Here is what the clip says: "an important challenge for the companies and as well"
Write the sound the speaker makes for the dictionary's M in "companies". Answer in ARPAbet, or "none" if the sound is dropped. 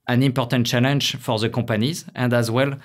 none